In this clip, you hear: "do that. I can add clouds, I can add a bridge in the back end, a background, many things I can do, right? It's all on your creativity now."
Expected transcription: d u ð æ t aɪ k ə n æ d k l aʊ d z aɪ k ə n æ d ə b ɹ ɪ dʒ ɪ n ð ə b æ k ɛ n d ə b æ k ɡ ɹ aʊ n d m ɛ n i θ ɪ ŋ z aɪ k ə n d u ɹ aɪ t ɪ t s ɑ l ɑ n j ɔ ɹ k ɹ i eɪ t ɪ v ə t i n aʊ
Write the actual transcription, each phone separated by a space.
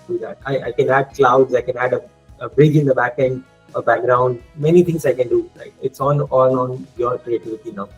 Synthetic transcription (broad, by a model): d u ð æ t aɪ k ə n æ d k l aʊ d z aɪ k ə n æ d ə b ɹ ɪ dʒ ɪ n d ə b æ k ɛ n d ə b æ k ɡ ɹ aʊ n d m ɛ n i t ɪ ŋ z aɪ k ə n d u l aɪ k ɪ t s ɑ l ɑ n j ɔ ɹ k ɹ i eɪ t ɪ v ə t i n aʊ